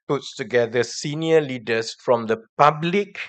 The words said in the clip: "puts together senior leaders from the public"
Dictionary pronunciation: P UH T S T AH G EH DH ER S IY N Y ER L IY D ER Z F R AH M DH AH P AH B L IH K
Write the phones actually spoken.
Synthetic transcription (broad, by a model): P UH T S T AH G EH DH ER S IY N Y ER L IY D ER S F R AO M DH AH P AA B L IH K